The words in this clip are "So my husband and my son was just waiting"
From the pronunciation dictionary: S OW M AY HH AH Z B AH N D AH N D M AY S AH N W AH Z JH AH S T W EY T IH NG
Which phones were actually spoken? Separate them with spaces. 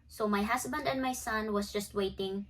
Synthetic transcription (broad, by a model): S OW M AY HH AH S B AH N D AH N D M AY S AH N W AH S JH AH S T W EY T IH NG